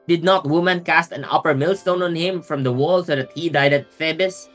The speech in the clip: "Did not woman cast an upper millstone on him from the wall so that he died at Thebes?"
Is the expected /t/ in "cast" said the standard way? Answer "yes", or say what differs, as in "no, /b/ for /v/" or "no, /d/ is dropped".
yes